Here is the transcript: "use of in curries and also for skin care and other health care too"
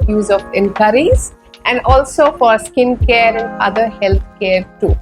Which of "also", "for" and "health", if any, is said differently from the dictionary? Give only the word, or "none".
health